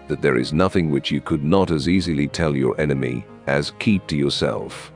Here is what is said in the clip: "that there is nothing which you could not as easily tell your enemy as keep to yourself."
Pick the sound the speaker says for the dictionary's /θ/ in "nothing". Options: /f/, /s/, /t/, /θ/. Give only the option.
/θ/